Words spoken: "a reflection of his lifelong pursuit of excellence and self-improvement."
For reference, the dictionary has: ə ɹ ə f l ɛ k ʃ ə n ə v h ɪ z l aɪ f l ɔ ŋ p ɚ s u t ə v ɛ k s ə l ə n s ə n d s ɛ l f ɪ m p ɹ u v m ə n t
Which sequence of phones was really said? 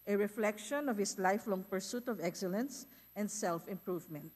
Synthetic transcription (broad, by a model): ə ɹ ə f l ɛ k ʃ ə n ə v h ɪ s l aɪ f l ɔ ŋ p ɚ s u t ə v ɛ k s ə l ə n s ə n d s ɛ l f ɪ m p ɹ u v m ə n t